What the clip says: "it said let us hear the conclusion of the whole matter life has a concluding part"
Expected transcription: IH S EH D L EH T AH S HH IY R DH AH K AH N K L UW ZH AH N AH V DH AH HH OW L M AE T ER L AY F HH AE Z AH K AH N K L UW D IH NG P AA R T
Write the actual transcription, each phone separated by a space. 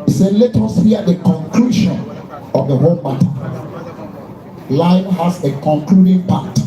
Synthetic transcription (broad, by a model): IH S EH D L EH T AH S HH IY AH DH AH K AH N K L UW SH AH N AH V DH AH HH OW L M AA T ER L AY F HH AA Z AH K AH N K L UW D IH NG P AA T